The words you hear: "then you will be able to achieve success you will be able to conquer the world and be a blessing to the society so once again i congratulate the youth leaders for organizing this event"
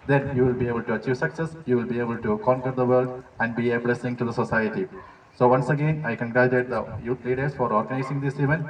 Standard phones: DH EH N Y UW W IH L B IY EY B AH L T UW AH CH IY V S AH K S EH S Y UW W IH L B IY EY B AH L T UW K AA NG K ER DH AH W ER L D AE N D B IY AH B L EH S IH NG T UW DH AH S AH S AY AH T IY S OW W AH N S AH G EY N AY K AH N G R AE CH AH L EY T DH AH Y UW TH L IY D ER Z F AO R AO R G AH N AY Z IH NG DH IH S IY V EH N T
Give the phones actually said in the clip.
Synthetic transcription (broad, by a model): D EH N Y UW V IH L B IY EY B AH L T UW AH CH IY V S AH K S EH S Y UW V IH L B IY EY B AH L T UW K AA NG K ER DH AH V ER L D AE N D B IY AH B L EH S IH NG T UW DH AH S AH S AY AH T IY S OW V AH N S AH G EY N AY K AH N G R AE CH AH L EY T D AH Y UW T L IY D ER S F AO R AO R G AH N AY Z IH NG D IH S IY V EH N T